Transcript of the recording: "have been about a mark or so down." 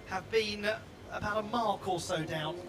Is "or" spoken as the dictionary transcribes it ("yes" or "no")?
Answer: no